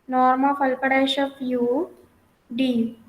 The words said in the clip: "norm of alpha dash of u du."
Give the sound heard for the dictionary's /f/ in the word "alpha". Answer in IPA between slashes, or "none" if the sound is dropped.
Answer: /p/